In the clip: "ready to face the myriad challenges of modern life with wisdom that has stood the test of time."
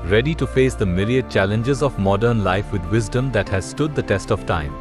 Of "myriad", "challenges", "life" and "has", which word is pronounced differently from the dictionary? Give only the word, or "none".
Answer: myriad